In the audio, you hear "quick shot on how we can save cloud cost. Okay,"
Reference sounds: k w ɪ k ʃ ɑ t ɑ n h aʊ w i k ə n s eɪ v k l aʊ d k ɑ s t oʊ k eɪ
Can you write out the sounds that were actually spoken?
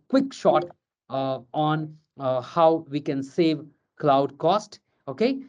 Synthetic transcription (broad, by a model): k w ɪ k ʃ ɑ t ɑ n h aʊ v i k ə n s eɪ v k l aʊ d k ɑ s t oʊ k eɪ